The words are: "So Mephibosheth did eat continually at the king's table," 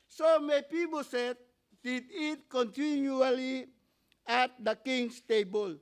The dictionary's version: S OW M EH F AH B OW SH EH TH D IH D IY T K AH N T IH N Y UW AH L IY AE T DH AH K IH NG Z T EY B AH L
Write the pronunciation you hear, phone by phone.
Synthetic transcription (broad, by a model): S OW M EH P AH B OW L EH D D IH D IY T K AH N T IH N Y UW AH L IY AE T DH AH K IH NG S T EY B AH L